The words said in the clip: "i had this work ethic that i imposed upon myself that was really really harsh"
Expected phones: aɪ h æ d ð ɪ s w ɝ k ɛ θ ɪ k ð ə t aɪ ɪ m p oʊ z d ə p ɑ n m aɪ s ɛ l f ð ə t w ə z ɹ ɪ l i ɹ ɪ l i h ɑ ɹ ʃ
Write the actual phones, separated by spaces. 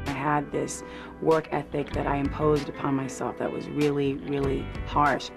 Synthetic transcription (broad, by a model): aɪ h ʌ d ð ɪ s w ɝ k ɛ θ ɪ k ð ə t aɪ ɪ m p oʊ z d ə p ɑ n m aɪ s ɛ l f ð ə t w ə z ɹ ɪ l i ɹ ɪ l i h ɑ ɹ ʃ